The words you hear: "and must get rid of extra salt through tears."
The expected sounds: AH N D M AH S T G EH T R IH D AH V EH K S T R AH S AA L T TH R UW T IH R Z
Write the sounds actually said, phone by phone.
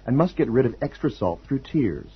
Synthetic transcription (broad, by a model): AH N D M AH S T G EH T R IH D AH V EH K S T R AH S AA L T TH R UW T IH R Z